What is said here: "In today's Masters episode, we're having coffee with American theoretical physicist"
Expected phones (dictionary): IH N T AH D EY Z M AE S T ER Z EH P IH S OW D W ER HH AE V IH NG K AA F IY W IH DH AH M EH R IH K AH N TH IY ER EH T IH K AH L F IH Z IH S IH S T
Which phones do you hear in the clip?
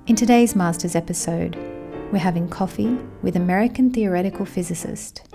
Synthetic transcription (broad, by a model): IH N T AH D EY Z M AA S T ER Z EH P IH S OW D W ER HH AE V IH NG K AA F IY W IH DH AH M EH R IH K AH N TH IY ER EH T IH K AH L F IH Z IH S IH S T